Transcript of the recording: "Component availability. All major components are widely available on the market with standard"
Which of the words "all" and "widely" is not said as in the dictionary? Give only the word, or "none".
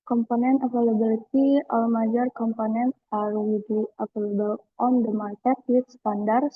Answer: widely